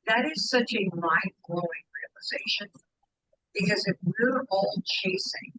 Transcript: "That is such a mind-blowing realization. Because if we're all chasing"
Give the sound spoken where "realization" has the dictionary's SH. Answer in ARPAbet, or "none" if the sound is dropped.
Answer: SH